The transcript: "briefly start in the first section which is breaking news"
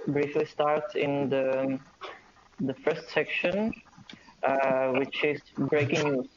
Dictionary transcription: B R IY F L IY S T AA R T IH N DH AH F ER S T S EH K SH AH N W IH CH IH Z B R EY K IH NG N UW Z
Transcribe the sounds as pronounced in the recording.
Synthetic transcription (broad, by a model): B R IY F L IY S T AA R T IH N DH AH F ER S T S EH K SH AH N W IH CH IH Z B R EY K IH NG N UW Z